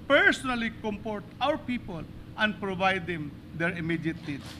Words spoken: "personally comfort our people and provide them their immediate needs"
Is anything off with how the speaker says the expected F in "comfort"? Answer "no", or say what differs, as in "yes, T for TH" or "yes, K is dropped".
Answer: yes, P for F